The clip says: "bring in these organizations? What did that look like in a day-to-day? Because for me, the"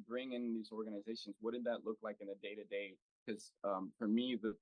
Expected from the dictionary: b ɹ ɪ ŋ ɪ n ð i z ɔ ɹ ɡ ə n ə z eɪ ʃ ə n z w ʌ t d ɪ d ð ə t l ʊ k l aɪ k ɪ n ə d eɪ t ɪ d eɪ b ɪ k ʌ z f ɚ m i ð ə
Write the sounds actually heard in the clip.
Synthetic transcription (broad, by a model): b ɹ ɪ ŋ ɪ n ð i z ɔ ɹ ɡ ə n ə z eɪ ʃ ə n z w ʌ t d ɪ d ð ə t l ʊ k l aɪ k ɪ n ə d eɪ t ɪ d eɪ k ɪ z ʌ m f ɚ m i ð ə